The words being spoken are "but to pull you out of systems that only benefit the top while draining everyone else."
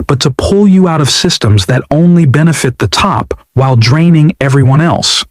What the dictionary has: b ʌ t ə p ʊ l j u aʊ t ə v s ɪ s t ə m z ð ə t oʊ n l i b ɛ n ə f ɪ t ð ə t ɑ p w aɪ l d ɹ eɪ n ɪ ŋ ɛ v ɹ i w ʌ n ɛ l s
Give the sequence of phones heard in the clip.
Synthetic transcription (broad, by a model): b ʌ t ə p ʊ l j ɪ aʊ t ə v s ɪ s t ə m z ð ə t oʊ n l i b ɛ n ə f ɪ t ð ə t ɑ p w aɪ l d ɹ eɪ n ɪ ŋ ɛ v ɹ i w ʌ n ɛ l s